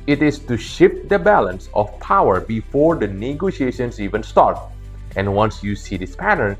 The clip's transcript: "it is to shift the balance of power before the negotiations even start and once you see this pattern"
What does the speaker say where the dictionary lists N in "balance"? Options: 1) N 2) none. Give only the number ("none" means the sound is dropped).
1